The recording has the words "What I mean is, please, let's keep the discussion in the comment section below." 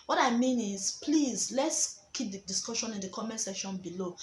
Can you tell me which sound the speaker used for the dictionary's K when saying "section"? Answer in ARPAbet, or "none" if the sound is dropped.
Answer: none